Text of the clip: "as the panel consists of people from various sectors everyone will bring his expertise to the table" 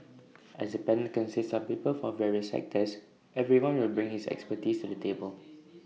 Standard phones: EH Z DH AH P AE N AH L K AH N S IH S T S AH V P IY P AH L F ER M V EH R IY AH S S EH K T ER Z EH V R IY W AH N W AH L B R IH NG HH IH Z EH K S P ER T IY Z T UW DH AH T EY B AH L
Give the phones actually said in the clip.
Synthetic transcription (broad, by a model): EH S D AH P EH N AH N K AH N S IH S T S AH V P IY P AH L F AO V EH R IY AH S S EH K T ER S EH V R IY W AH N W AH L B R IH NG HH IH S EH K S P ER T IY S T UW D AH T EY B AH L